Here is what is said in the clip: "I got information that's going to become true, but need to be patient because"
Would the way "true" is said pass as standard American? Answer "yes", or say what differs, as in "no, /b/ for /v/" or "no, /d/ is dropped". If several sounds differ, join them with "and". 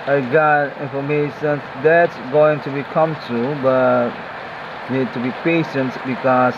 no, /ɹ/ is dropped